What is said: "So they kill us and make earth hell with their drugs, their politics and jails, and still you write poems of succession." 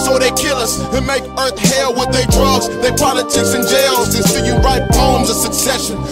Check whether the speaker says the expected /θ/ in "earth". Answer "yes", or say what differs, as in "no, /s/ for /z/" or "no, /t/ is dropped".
yes